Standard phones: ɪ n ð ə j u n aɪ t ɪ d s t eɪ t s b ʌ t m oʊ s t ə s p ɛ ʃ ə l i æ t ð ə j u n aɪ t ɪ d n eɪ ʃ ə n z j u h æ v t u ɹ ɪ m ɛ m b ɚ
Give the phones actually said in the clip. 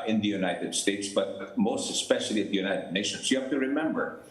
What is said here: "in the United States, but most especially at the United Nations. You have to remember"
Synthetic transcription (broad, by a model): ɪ n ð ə j u n aɪ t ɪ d s t eɪ t s b ʌ t m oʊ s t ə s p ɛ ʃ ə l i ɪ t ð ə j u n aɪ t ɪ d n eɪ ʃ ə n s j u h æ f t u ɹ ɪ m ɛ m b ɚ